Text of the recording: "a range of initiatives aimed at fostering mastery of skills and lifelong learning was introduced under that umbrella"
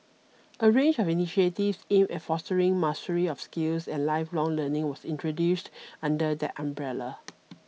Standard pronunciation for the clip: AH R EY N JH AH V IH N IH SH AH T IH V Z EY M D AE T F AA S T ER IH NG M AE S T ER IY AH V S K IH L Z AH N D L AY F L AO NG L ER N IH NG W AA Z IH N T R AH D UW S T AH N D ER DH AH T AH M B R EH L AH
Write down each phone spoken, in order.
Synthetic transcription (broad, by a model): AH R EY N JH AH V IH N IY SH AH T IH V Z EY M EH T F AA S T ER IH NG M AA S T ER IY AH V S K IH L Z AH N L AY F L AO NG L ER N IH NG W AA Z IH N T R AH D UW S T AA N D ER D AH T AH M B R EH L AH